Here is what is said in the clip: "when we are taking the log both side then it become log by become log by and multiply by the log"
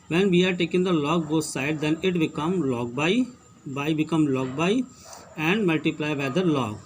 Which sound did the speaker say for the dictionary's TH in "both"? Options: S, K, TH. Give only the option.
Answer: S